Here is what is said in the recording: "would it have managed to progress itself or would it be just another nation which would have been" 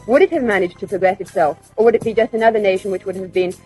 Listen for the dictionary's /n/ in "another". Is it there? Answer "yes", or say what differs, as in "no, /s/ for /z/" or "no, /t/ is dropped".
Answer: yes